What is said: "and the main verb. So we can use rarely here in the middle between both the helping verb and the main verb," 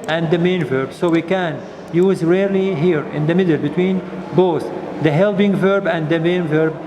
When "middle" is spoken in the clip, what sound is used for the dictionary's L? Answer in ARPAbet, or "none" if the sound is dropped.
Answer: L